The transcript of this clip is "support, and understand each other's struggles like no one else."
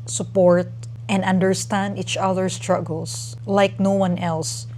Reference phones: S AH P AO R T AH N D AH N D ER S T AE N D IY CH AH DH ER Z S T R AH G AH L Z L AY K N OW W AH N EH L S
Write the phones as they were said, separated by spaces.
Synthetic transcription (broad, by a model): S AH P AO R T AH N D AH N D ER S T AE N D IY CH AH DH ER S T R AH G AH L S L AY K N OW W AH N EH L S